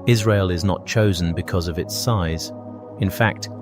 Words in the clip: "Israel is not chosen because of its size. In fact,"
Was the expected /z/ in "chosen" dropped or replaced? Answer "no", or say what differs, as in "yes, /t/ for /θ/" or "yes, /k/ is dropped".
no